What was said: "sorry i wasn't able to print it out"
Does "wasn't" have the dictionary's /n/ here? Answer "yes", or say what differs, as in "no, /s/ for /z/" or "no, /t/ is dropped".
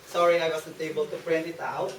no, /n/ is dropped